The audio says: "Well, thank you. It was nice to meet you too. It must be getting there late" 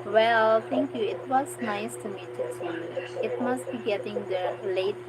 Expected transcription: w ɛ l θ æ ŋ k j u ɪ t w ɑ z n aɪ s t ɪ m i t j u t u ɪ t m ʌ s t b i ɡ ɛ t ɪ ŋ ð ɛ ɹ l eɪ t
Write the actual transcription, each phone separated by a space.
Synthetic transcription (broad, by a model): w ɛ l t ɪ ŋ k j u ɪ t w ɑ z n aɪ s t ɪ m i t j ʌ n ɪ t m ʌ s t b i ɡ ɛ t ɪ ŋ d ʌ l eɪ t